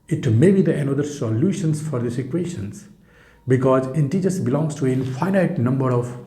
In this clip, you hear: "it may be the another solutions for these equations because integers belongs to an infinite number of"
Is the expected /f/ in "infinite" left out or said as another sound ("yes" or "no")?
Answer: yes